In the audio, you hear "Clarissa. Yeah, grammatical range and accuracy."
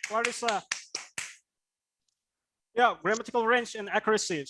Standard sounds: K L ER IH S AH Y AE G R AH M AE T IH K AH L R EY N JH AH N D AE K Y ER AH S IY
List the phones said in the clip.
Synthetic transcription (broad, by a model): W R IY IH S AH Y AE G R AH M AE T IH K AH L R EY N CH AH N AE K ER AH S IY